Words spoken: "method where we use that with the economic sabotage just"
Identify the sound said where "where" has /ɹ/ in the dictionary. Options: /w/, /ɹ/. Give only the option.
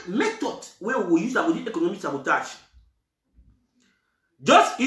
/w/